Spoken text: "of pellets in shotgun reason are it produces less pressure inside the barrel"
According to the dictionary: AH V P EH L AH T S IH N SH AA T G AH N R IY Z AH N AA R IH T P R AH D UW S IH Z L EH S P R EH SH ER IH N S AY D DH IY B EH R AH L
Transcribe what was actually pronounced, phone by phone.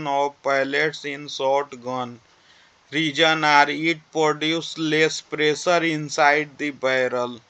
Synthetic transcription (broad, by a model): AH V P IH L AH T S IH N S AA T G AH N R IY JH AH N AA R IH T P R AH D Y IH S L EH S P R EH S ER IH N S AY D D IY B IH R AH L